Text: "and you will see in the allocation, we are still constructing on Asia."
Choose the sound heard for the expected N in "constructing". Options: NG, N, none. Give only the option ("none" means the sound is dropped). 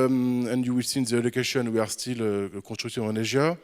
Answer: none